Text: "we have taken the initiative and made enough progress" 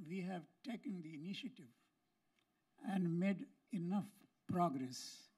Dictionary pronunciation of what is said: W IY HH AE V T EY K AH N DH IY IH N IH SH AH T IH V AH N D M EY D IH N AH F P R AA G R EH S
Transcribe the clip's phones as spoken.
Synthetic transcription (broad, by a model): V IY HH AE V T EY K AH N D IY IH N IH SH AH T IH V AH N D M EY D IH N AH F P R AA G R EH S